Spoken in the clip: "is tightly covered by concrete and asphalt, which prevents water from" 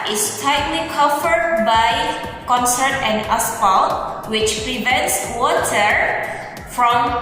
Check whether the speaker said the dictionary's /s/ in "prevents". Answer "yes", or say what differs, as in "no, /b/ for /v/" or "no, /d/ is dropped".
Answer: yes